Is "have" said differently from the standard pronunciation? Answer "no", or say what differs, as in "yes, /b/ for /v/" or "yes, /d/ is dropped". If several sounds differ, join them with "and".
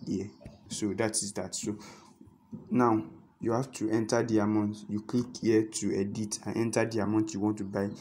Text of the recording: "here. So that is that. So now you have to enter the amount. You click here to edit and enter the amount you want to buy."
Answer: yes, /f/ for /v/